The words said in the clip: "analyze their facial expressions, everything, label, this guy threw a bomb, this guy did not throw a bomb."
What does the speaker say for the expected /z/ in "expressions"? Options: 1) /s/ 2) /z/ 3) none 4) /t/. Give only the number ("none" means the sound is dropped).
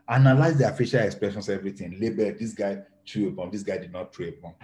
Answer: 1